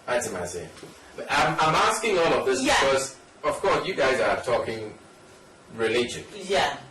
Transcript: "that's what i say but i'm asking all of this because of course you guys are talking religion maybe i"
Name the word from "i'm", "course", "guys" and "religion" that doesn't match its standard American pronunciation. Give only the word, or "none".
none